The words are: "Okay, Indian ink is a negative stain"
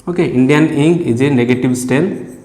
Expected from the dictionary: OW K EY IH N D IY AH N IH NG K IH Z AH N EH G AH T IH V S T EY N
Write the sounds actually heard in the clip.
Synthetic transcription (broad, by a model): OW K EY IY N D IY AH N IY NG IH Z AH N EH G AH T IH B S T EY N